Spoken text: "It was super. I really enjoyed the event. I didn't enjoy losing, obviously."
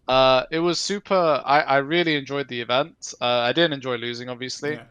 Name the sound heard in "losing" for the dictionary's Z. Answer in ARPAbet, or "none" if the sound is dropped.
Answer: Z